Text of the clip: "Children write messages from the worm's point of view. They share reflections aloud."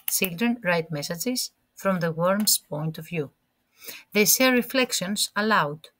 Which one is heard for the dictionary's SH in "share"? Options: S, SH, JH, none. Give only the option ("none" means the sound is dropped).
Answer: S